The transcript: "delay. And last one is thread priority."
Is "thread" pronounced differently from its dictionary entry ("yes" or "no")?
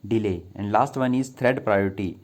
yes